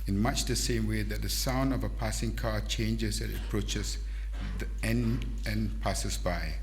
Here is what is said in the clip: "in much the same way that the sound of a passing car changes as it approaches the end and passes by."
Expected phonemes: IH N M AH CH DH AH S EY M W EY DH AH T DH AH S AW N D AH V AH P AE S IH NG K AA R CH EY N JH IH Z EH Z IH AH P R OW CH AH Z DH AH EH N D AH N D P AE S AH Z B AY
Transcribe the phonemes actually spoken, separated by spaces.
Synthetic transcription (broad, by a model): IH N M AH CH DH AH S EY M W EY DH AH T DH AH S AW N D AH V AH P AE S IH NG K AA CH EY N JH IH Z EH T IH P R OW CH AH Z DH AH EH N AH N P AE S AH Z B AY